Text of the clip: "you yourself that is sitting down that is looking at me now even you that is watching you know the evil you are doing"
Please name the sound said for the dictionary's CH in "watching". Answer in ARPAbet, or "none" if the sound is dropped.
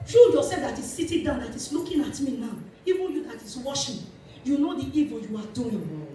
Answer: SH